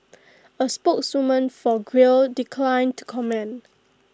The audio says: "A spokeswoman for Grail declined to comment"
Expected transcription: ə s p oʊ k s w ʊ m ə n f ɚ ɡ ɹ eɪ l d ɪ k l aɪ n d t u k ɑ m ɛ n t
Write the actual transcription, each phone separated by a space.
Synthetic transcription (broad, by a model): ə s p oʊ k s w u m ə n f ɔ ɡ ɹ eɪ l d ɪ k l aɪ n t u k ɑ m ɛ n